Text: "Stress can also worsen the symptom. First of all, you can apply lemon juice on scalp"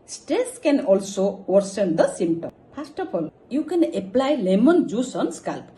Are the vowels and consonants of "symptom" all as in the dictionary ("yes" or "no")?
no